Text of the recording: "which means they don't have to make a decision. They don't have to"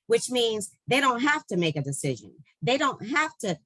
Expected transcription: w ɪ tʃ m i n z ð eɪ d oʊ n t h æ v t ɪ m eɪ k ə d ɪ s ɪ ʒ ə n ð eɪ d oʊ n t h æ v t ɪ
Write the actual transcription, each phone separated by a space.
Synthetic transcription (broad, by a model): w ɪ tʃ m i n z ð eɪ d oʊ n t h æ f t ɪ m eɪ k ə d ɪ s ɪ ʒ ə n ð eɪ d oʊ n t h æ f t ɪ